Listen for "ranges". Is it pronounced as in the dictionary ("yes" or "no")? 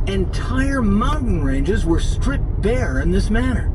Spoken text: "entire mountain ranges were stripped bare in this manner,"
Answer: yes